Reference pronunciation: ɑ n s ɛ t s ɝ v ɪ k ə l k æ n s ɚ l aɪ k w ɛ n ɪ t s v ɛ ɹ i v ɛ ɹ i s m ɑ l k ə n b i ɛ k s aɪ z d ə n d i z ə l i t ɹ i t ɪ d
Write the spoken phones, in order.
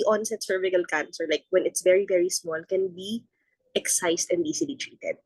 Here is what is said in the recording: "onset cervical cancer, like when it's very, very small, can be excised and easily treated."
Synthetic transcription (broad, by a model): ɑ n s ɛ t s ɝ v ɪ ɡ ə l k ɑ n s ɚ l aɪ k w ɛ n ɪ t s v ɛ ɹ i v ɛ ɹ i s m ɑ l k ə n b i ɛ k s aɪ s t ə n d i s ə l i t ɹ i t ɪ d